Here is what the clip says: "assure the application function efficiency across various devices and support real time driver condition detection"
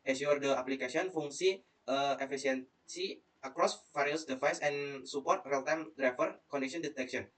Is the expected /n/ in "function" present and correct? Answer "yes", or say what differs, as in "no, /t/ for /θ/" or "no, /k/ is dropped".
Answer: no, /n/ is dropped